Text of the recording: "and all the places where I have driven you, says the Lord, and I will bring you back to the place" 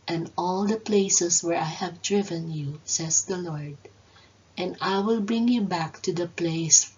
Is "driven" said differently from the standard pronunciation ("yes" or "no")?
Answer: no